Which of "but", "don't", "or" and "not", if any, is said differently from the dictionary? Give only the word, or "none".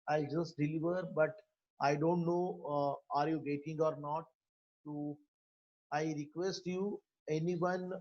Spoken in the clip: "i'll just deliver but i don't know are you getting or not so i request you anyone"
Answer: none